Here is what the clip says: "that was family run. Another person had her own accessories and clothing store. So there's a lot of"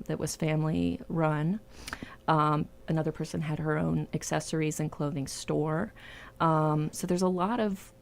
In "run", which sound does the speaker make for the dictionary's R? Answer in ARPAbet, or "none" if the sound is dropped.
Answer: R